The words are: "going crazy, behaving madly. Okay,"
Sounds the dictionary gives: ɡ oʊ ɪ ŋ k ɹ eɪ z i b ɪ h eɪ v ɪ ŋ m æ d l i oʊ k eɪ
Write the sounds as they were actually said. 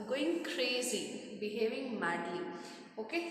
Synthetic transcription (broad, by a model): ɡ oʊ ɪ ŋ k ɹ eɪ z i b ɪ h eɪ v ɪ ŋ m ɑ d i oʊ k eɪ